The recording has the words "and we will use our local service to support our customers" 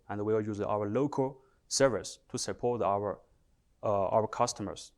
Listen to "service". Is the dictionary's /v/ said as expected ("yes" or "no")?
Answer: yes